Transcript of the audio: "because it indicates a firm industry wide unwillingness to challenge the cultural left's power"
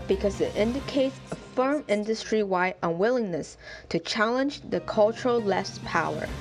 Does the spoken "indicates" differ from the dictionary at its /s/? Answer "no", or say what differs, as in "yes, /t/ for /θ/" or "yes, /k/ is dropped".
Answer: no